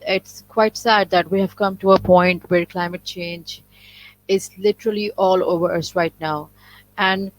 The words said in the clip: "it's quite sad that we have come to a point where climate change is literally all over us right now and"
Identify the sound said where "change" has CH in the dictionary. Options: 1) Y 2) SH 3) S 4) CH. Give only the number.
4